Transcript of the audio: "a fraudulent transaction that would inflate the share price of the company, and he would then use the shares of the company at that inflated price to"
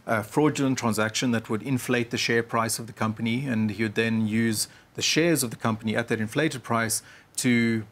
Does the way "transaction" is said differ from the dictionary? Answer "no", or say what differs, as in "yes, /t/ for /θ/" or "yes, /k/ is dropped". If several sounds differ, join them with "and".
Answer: no